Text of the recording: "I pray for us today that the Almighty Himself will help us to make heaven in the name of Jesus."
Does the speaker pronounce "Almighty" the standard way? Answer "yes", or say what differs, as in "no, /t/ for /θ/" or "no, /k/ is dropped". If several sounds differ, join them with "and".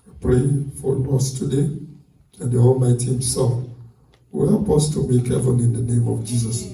yes